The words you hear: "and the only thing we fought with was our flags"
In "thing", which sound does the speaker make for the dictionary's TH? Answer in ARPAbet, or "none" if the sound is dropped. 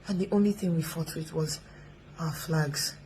TH